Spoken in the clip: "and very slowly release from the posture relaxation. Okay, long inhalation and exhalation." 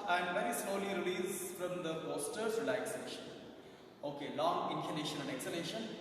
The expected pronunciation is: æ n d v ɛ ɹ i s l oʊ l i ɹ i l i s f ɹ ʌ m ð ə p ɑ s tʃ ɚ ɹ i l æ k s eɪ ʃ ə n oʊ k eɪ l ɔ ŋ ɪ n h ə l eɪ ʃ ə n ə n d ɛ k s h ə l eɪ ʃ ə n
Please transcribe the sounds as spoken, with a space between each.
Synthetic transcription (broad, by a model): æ n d v ɛ ɹ i s l oʊ l i ɹ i l i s f ɹ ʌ m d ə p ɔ s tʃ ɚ ɹ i l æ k s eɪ ʃ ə n oʊ k eɪ l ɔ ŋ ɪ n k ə n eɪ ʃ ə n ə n d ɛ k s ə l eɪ ʃ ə n